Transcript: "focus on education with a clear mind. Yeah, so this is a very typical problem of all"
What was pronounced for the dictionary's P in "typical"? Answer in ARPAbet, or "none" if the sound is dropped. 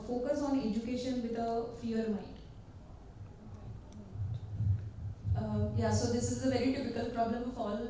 F